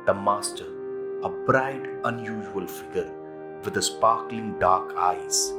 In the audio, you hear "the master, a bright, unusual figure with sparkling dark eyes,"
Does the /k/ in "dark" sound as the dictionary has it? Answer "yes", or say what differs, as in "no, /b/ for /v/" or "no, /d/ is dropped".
yes